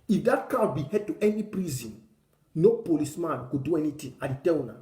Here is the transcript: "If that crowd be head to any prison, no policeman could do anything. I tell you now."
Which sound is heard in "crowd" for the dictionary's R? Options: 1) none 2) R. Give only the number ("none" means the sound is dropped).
1